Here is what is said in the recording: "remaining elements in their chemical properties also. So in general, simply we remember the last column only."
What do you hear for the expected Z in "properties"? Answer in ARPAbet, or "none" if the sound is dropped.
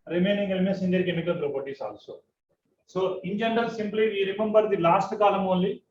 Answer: S